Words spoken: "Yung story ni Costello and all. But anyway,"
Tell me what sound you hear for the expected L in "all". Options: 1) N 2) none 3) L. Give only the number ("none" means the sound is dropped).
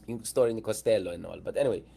3